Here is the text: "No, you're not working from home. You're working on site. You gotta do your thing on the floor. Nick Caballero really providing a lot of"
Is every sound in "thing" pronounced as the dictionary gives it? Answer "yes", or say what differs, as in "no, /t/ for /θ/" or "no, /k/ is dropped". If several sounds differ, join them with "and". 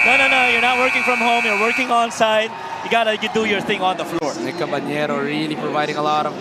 yes